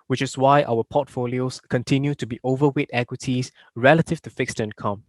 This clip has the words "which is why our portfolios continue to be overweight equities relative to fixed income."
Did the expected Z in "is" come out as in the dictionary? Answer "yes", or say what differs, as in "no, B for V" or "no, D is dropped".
no, S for Z